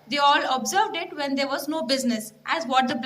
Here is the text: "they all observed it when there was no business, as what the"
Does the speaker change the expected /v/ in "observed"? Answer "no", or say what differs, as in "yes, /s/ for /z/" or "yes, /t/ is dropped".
no